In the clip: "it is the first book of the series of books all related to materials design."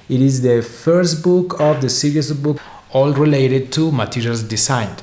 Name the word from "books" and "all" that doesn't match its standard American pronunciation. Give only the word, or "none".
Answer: books